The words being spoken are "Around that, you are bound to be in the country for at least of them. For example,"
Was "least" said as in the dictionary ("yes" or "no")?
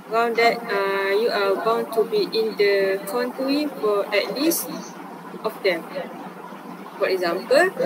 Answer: yes